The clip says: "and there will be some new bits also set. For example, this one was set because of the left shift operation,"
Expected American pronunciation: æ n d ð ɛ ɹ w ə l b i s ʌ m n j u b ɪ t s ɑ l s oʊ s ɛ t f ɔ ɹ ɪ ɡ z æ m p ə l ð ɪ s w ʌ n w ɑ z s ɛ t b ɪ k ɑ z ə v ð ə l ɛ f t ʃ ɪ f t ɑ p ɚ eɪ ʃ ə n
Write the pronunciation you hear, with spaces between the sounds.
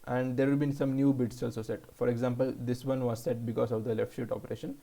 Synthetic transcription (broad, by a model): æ n d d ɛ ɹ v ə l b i s ʌ m n j u b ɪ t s ɑ l s oʊ s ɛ t f ɔ ɹ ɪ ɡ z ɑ m p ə l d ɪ s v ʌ n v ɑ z s ɛ t b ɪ k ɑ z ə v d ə l ɛ f t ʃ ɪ t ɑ p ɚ eɪ ʃ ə n